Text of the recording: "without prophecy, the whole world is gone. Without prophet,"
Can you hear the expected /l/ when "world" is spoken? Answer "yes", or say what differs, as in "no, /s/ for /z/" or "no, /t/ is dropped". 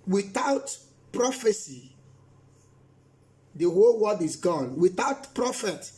no, /l/ is dropped